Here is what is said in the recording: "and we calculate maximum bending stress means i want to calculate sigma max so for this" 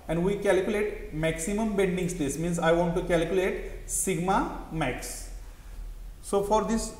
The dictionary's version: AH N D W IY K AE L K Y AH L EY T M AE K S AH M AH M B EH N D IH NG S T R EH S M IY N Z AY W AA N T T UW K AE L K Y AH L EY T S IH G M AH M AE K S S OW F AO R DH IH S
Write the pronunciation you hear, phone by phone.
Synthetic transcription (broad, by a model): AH N D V IY K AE L K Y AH L EY T M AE K S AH M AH M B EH N D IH NG S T EH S M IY N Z AY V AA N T T UW K AE L K Y AH L EY T S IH G M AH M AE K S S OW F AO R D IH S